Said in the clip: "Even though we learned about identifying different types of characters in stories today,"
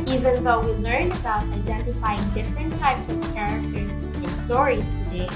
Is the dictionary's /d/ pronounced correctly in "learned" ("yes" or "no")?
no